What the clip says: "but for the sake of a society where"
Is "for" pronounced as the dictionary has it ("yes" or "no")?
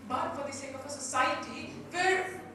no